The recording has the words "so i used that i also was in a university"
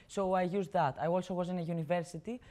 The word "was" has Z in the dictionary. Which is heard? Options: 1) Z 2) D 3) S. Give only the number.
1